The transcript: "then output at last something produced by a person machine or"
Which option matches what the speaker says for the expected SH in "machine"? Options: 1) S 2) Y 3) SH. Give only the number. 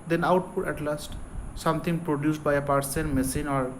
1